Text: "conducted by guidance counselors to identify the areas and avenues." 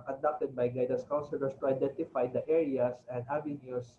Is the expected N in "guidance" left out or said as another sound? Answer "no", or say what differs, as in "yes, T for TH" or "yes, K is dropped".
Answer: yes, N is dropped